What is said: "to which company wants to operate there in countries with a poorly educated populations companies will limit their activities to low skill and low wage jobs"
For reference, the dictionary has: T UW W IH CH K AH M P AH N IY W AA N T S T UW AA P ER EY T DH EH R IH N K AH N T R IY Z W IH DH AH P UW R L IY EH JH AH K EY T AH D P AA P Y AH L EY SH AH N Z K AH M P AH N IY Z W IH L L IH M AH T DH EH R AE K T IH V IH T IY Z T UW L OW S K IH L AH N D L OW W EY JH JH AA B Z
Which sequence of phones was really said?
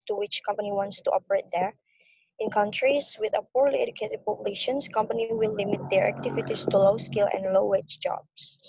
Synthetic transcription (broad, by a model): T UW W IH CH K AH M P AH N IY W AA N T S T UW AA P ER EY T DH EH R IH N K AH N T R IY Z W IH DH AH P UW R L IY EH JH AH K EY T AH D P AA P Y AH L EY SH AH N S K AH M P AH N IY W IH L L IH M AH T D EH R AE K T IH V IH T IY S T UW L OW S K IH L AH N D L OW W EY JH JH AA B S